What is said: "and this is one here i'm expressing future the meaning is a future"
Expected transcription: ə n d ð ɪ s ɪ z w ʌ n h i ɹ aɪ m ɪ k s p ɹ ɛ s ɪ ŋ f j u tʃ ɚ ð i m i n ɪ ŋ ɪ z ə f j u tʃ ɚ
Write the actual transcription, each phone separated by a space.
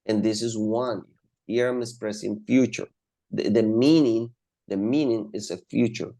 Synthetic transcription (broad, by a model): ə n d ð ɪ s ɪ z w ʌ n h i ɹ aɪ m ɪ s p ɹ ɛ s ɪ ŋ f j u tʃ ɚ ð i m i n ɪ ŋ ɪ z ə f j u tʃ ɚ